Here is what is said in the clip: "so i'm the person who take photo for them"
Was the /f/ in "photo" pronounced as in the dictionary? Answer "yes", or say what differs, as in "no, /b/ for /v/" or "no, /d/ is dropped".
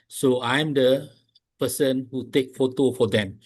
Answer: yes